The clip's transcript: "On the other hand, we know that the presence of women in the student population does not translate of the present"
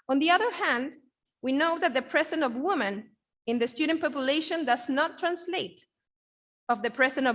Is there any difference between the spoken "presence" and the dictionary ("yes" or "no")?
yes